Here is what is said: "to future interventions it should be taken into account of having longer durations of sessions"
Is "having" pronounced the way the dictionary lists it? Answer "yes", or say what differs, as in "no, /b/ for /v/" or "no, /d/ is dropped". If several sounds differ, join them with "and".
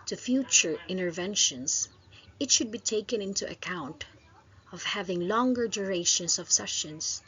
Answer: yes